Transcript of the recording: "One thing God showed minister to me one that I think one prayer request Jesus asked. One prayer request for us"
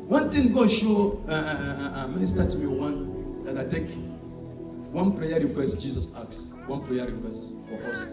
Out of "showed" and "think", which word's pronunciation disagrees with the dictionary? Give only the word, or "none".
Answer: think